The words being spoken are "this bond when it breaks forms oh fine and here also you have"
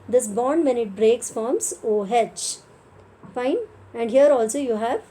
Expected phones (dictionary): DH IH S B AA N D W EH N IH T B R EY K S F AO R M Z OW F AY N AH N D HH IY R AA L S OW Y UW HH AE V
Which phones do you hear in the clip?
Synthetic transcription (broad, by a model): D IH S B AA N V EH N IH T B R EY K S F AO R M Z OW F AY N AH N D HH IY R AA L S OW Y UW HH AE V